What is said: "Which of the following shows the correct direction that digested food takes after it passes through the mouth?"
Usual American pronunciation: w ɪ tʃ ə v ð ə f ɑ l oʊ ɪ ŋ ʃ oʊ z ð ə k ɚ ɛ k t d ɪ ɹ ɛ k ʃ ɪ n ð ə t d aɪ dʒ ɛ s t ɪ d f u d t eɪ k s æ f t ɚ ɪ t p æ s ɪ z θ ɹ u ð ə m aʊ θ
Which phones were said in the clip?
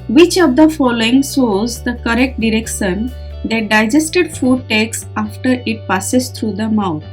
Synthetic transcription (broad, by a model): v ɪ tʃ ə v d ə f ɑ l oʊ ɪ ŋ s oʊ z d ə k ɚ ɛ k t d ɪ ɹ ɛ k ʃ ɪ n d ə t d aɪ dʒ ɛ s t ɪ d f u d t eɪ k s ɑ f t ɚ ɪ t p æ s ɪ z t ɹ u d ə m aʊ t